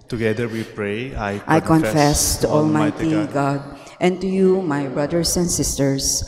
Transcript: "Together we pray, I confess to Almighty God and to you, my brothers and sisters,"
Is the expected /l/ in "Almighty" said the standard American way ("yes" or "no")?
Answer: yes